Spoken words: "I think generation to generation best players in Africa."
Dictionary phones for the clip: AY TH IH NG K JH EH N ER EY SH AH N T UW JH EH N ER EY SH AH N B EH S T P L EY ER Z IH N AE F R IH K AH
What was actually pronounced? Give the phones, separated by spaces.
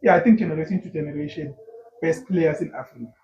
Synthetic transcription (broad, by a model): AY T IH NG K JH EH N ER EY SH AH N T UW JH EH N ER EY SH AH N B EH S T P L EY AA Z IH N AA F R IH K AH